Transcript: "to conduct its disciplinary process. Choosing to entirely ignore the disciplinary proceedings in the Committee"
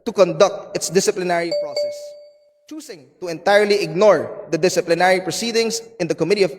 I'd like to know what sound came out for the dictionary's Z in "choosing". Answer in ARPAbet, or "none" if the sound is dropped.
S